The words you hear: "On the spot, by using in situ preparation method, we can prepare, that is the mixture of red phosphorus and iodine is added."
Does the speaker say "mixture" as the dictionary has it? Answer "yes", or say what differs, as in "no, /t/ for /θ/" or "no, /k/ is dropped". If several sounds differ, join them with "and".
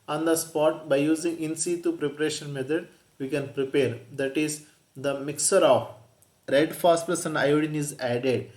no, /tʃ/ is dropped